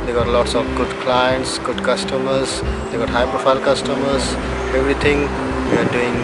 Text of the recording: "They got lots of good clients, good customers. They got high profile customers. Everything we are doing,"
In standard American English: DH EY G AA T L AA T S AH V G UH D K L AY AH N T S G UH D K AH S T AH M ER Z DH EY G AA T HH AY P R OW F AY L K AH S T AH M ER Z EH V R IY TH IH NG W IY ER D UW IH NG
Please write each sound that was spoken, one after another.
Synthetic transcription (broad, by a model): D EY G AA T L AA T S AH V G UH D K L AY AH N T S G UH D K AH S T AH M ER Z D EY G AA T HH AY P R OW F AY L K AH S T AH M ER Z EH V R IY T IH NG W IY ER D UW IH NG